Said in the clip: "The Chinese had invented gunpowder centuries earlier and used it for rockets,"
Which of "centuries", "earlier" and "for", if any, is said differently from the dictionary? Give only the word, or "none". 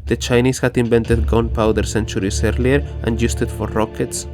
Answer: centuries